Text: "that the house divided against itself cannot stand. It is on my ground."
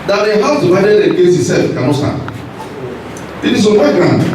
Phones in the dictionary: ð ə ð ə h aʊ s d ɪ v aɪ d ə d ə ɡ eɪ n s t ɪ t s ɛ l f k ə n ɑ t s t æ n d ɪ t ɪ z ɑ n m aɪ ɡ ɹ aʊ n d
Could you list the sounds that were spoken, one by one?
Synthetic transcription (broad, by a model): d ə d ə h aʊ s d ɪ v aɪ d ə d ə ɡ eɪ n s ɪ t s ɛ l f k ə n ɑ s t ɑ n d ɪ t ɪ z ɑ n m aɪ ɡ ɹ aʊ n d